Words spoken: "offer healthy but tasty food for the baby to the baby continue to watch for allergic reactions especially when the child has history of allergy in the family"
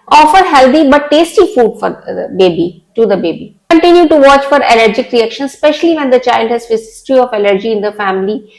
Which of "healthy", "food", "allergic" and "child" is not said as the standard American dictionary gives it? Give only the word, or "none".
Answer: healthy